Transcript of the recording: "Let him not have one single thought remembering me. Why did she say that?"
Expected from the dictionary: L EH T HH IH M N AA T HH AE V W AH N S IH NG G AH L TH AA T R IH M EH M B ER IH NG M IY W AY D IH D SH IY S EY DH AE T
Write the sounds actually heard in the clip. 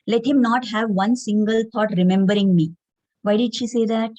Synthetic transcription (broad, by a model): L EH T HH IH M N AA T HH AE V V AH N S IH NG G AH L T AA T R IH M EH M B ER IH NG M IY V AY D IH D SH IY S EY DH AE T